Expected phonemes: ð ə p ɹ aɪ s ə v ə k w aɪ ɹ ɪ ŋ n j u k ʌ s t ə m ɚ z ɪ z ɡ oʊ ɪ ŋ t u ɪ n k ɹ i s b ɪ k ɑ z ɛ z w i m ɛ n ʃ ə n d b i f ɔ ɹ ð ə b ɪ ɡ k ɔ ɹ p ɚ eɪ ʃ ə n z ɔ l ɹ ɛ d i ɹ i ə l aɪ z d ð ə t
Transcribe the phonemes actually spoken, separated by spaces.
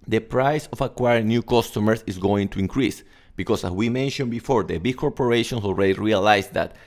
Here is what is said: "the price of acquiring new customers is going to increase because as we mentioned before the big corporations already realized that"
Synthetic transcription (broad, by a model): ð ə p ɹ aɪ s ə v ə k w aɪ ɹ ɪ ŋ n j u k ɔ s t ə m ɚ s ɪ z ɡ oʊ ɪ ŋ t u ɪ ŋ k ɹ i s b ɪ k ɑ s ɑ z w i m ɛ n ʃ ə n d b i f ɔ ɹ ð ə b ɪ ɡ k ɔ ɹ p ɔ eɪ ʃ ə n s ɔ l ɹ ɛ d i ɹ i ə l aɪ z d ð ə t